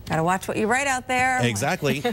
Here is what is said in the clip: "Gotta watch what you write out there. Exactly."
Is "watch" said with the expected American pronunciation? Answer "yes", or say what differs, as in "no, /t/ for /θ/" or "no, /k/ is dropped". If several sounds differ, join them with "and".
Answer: yes